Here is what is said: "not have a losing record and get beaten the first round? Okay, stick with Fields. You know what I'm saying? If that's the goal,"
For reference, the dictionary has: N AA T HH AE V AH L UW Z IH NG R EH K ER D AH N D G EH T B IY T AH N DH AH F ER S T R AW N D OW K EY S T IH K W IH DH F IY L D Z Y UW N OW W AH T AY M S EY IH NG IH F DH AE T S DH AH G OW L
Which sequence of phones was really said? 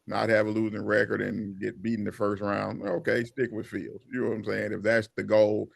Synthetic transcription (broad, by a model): N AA T HH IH V AH L UW Z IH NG R EH K ER D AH N G EH T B IY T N DH AH F ER S T R AW N D OW K EY S T IH K W IH DH F IY L D Z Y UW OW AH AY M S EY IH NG IH F DH AE T S DH AH G OW L